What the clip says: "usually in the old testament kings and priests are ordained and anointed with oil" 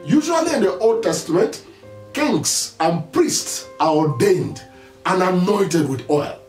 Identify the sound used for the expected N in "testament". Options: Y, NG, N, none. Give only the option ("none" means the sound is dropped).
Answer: N